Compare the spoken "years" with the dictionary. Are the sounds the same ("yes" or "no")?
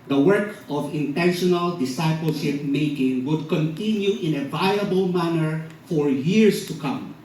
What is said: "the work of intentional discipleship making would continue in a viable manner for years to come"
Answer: no